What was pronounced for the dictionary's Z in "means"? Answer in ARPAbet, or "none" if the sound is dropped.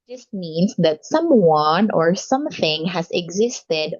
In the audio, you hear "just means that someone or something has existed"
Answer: S